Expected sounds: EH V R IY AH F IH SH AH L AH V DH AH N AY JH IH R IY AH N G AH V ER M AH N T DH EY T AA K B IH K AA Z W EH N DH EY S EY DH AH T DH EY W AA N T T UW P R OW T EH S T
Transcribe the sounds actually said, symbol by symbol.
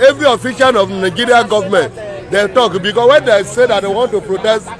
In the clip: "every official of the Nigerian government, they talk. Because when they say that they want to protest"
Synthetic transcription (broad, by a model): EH V R IY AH F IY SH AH N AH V N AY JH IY R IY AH G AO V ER M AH N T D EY T AA K B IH K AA S W EH N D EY S EY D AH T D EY W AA N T T UW P R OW T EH S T